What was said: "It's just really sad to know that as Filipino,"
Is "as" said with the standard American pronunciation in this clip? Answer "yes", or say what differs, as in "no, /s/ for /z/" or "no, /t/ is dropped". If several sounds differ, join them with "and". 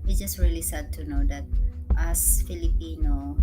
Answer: no, /s/ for /z/